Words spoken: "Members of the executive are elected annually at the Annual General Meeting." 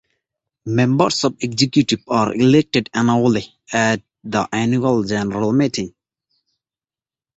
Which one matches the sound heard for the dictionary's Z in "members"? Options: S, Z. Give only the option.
S